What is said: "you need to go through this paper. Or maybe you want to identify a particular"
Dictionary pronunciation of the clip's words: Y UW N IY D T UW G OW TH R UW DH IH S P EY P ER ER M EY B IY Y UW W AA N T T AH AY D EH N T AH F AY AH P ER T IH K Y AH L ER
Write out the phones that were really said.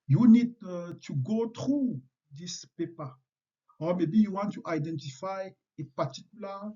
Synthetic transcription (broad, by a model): Y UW N IY D T UW G OW T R UW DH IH S P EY P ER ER M EY B IY Y UW W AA N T T AY D EH N T AH F AY AH P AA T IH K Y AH L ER